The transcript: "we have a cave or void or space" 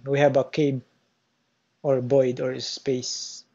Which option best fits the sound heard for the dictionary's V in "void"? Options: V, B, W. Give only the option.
B